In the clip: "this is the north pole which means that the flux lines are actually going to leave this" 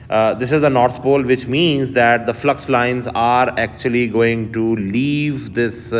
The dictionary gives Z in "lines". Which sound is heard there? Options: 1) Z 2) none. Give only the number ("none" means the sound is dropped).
1